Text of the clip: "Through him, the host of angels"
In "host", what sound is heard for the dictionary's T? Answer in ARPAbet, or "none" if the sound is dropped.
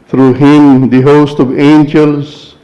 T